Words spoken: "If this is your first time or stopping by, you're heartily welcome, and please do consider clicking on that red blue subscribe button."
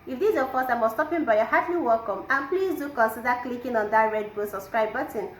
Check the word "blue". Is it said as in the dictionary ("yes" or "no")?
no